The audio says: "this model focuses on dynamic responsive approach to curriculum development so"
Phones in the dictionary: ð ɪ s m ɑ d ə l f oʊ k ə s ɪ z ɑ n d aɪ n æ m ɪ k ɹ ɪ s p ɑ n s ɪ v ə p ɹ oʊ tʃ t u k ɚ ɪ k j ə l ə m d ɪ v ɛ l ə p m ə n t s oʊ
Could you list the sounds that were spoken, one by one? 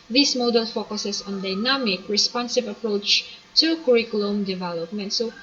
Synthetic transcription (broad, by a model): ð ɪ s m ɑ d ə l f oʊ k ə s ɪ s ɑ n d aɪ n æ m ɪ k ɹ ɪ s p ɑ n s ɪ v ə p ɹ oʊ tʃ t u k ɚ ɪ k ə l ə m d ɪ v ɛ l ə p m ə n t s oʊ